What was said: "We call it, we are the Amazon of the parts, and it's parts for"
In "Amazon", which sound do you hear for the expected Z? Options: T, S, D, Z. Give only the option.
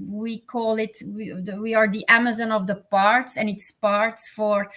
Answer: Z